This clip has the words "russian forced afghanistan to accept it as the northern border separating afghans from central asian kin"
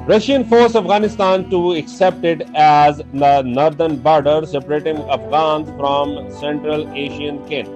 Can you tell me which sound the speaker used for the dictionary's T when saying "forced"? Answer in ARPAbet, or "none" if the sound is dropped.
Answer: none